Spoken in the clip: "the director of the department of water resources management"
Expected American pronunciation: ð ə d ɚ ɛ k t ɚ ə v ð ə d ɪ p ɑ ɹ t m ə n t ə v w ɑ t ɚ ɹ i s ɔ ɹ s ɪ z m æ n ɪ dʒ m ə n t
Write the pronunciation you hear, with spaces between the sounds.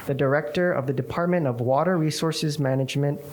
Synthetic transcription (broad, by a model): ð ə d ɚ ɛ k t ɚ ə v ð ə d ɪ p ɑ ɹ t m ə n t ə v w ɑ t ɚ ɹ i s ɔ ɹ s ɪ z m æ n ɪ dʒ m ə n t